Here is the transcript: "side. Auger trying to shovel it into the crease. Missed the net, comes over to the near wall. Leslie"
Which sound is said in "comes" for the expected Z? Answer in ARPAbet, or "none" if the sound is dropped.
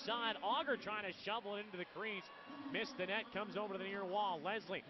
Z